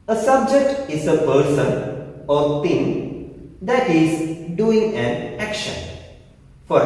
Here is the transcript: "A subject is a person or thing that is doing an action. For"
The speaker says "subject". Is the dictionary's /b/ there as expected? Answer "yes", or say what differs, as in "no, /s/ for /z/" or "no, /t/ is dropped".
yes